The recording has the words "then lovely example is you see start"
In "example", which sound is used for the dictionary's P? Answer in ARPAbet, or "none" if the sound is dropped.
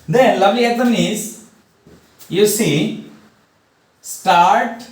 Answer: none